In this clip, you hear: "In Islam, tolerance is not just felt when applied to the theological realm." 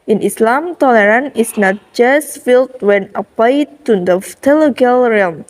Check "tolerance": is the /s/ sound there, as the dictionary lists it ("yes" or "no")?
no